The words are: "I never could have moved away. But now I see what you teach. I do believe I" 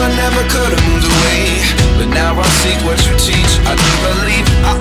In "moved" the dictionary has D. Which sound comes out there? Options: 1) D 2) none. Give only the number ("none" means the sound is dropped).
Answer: 2